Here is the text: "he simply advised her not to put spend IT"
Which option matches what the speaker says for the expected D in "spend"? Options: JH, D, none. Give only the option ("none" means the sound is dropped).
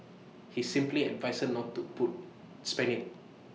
none